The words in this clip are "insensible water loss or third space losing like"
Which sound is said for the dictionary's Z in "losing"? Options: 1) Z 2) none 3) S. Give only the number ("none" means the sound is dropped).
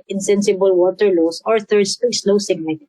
3